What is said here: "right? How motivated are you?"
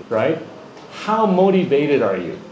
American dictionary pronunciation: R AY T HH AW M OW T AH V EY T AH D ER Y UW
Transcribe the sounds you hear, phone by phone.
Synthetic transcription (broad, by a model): R AY T HH AW M OW T AH V EY T AH D ER Y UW